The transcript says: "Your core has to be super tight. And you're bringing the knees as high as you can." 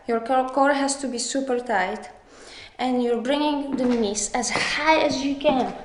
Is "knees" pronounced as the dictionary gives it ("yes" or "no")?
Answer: no